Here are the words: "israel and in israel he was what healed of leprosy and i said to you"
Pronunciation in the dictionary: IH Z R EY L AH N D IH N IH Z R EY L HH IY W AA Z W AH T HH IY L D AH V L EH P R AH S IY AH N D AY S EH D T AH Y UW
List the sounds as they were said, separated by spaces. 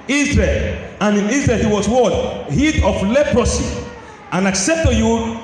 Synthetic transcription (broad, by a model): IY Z R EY L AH N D IH N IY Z R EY L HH IY W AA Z W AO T HH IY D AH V L EH P R AH S IY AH N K S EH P T AH Y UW